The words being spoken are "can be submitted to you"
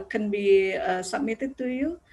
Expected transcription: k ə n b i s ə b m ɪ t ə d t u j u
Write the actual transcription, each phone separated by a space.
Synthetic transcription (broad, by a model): k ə n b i s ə m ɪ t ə t u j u